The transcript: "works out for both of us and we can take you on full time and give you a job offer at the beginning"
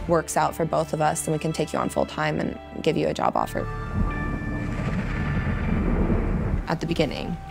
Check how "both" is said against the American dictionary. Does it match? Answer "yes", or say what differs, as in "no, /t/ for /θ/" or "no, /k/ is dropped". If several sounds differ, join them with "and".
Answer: yes